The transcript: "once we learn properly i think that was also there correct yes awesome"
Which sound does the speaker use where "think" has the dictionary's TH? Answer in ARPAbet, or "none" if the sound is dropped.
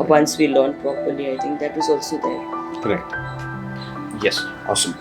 T